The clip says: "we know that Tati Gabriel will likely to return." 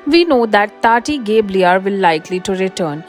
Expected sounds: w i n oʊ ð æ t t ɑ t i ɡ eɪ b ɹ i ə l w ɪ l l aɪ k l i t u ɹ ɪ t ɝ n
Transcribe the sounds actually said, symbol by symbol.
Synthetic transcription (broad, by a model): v i n oʊ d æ t t ɑ t i ɡ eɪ b l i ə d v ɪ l l aɪ k l i t u ɹ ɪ t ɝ n